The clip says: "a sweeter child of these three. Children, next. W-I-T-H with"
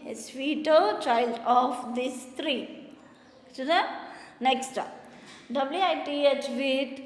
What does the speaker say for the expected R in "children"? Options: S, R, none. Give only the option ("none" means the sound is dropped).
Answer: none